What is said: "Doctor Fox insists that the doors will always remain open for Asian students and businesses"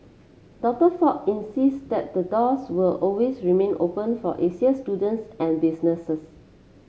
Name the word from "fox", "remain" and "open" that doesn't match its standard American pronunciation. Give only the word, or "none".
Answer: fox